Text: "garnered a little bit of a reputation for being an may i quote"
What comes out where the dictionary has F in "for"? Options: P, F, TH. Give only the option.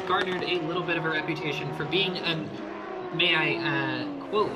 F